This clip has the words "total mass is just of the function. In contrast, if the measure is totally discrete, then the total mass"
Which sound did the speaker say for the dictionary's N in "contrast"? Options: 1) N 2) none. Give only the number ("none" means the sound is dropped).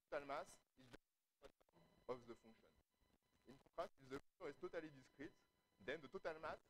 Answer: 2